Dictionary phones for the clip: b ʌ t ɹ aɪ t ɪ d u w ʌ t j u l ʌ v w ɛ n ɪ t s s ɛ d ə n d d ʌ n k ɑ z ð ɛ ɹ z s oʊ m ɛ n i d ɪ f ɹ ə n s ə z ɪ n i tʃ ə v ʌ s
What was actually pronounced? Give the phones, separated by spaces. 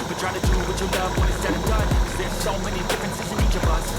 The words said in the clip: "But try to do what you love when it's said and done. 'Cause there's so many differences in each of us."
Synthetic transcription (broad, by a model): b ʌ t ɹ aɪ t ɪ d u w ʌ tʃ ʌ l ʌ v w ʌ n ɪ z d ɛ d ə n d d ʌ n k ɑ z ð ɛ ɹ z s oʊ m ɛ n i d ɪ f ɹ ə n s ə z ɪ n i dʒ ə b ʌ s